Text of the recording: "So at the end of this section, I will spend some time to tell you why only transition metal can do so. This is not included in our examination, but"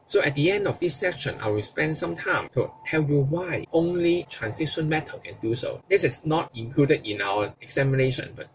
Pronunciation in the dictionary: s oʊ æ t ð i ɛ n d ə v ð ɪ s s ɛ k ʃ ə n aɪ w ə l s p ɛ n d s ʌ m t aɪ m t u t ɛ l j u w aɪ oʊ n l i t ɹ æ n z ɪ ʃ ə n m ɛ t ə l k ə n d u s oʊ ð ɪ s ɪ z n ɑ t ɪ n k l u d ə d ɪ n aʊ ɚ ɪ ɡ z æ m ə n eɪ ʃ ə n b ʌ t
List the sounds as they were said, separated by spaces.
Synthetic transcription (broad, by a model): s oʊ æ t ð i ɛ n d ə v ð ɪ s s ɛ k ʃ ə n aɪ w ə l s p ɛ n d s ʌ m t aɪ m t u t ɛ l j u w aɪ oʊ n l i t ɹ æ n s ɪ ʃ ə n m ɛ t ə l k ə n d u s oʊ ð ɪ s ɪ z n ɑ t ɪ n k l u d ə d ɪ n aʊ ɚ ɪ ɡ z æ m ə n eɪ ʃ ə n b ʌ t